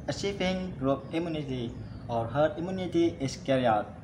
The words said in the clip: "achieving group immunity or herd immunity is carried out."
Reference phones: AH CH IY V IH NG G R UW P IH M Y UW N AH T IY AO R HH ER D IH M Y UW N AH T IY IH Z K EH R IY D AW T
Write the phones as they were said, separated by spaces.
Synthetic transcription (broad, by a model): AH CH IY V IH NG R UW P IH M Y UW N AH T IY AO R HH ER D IH M Y UW N AH T IY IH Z K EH R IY AW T